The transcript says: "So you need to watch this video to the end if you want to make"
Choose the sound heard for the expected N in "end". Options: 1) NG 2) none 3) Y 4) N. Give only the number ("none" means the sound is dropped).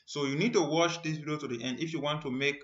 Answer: 4